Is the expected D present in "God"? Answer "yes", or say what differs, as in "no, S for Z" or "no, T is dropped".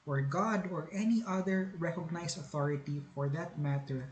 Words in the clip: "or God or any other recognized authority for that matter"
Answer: yes